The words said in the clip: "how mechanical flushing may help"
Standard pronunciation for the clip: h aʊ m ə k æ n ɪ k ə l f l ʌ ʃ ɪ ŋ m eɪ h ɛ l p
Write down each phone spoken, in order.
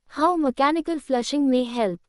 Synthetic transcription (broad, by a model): h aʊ m ə k æ n ɪ k ə l f l ʌ ʃ ɪ ŋ m eɪ h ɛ l p